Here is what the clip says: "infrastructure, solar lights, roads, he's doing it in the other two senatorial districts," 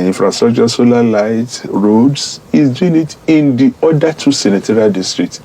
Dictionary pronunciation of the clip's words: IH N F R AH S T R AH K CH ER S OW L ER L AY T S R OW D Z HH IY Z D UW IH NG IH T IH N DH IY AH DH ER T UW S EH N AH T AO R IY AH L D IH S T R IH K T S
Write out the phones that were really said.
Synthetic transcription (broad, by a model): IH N F R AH S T R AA K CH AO S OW L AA L AY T R OW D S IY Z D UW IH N IH T IH N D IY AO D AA T UW S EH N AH T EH R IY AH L D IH S T R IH K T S